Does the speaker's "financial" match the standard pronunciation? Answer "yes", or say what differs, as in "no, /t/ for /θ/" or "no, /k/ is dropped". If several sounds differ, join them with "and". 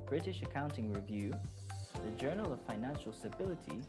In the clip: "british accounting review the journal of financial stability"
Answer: yes